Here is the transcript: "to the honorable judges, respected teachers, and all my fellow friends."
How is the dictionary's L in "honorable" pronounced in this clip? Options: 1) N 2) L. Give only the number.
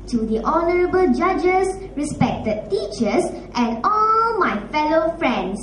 2